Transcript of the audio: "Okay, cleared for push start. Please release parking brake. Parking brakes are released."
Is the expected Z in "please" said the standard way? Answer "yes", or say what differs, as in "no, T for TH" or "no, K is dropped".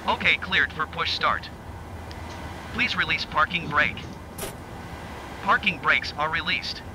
yes